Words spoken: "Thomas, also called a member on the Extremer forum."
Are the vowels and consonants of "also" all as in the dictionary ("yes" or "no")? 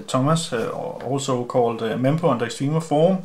no